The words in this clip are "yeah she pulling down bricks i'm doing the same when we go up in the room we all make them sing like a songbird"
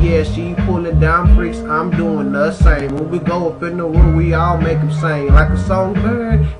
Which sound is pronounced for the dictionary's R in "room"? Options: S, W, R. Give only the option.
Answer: W